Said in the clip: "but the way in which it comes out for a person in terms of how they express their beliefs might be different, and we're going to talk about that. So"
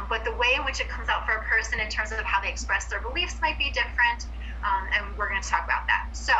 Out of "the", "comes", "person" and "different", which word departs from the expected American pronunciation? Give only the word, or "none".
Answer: none